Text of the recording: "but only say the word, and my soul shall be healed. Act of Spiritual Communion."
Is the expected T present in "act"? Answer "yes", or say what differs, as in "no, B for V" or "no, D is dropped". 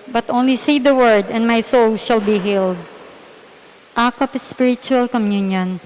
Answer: no, T is dropped